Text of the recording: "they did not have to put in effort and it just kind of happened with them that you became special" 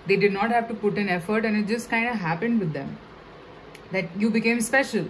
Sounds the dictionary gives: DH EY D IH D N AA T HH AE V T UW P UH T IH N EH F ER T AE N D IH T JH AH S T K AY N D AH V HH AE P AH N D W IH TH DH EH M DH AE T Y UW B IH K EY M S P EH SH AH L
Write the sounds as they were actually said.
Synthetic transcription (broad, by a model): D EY D IH D N AA T HH AE V T UW P UH T IH N EH F ER T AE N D IH T JH AH S T K AY N D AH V HH AE P AH N D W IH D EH M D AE T Y UW B IH K EY M S P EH SH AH L